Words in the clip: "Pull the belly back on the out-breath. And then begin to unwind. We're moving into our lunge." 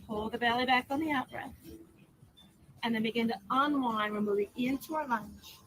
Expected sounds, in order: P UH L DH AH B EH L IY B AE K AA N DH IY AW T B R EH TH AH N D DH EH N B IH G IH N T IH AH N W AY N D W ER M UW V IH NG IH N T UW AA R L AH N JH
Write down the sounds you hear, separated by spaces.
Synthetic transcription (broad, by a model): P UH L DH AH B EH L IY B AE K N DH IY AW T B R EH S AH N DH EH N B IH G IH N T IH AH N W AY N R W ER M UW V IH NG IH N T UW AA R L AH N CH